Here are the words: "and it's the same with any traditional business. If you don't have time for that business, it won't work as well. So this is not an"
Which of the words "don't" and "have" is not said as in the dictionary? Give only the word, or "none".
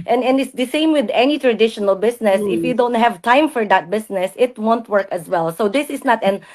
none